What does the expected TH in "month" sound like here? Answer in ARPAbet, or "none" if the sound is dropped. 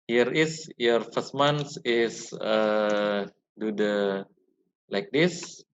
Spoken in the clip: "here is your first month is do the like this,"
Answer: S